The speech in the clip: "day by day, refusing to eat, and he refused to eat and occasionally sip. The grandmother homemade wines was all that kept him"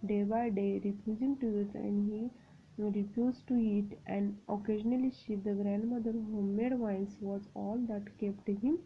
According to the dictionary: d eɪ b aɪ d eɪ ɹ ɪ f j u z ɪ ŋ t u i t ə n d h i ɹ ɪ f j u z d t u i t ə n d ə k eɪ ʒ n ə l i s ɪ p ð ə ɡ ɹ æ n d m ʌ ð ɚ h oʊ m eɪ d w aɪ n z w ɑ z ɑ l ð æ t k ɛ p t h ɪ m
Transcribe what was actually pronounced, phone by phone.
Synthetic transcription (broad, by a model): d eɪ b aɪ d eɪ ɹ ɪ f j u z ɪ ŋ t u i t ə n d h i ɹ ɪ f j u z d t u i t ə n d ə k eɪ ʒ n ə l i ʃ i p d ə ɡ ɹ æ n d m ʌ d ɚ h oʊ m eɪ d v aɪ n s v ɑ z ɑ l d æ t k ɛ p t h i m